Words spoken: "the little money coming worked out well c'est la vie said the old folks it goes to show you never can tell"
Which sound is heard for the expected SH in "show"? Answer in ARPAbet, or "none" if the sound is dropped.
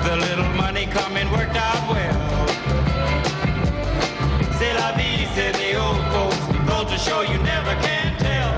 SH